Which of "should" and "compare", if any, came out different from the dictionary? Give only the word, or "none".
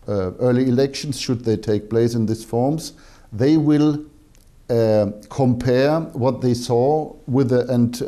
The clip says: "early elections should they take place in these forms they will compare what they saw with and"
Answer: none